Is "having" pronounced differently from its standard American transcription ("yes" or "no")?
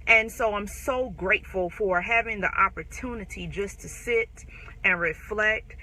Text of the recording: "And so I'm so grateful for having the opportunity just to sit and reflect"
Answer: no